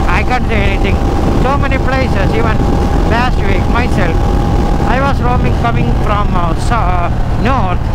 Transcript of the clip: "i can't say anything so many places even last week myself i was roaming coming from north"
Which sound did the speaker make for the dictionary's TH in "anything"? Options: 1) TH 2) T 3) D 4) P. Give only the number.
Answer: 2